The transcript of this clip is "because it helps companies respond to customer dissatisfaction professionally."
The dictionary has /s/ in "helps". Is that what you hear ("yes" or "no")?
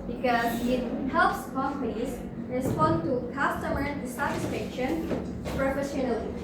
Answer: yes